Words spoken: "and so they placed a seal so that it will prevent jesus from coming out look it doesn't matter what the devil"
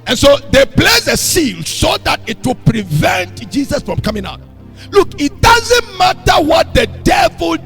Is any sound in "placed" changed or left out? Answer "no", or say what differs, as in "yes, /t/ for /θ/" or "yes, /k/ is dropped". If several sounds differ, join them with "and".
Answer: yes, /t/ is dropped